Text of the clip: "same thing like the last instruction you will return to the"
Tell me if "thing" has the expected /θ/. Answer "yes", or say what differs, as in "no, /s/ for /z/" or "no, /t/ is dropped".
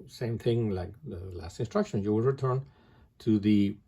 yes